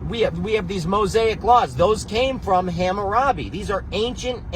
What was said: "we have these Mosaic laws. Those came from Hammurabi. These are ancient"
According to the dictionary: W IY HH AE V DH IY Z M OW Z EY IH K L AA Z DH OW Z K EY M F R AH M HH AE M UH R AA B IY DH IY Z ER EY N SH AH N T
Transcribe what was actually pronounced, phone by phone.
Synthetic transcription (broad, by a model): W IY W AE V DH IY Z M OW Z EY IH K L AA Z DH OW Z K EY M F R AH M HH AE M UH R AA B IY DH IY Z ER EY N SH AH N T